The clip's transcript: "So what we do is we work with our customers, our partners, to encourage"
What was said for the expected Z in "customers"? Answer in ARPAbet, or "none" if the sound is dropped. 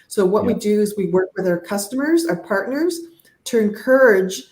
Z